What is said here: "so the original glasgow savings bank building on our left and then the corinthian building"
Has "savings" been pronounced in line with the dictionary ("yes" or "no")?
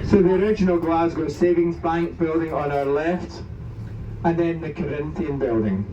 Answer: yes